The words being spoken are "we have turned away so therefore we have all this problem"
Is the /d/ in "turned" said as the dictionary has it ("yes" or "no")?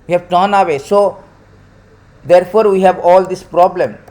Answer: no